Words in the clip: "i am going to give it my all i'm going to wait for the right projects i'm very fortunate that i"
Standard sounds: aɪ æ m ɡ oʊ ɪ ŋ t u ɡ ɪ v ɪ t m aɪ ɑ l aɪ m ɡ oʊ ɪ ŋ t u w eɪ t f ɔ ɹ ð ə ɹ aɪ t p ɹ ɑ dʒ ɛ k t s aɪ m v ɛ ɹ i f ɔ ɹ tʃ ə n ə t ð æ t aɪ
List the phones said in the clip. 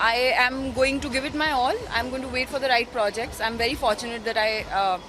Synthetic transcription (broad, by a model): aɪ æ m ɡ oʊ ɪ ŋ t u ɡ ɪ v ɪ t m aɪ ɑ l aɪ m ɡ oʊ ɪ ŋ t u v eɪ t f ɔ ɹ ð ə ɹ aɪ t p ɹ ɑ dʒ ɛ k t s aɪ m v ɛ ɹ i f ɔ ɹ tʃ ə n ə t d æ t aɪ